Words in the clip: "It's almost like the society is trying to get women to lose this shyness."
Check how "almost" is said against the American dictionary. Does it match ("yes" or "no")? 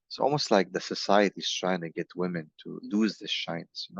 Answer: yes